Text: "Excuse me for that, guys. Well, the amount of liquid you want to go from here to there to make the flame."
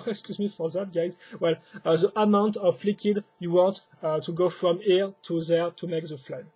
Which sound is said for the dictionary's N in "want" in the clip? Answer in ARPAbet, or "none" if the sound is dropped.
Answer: N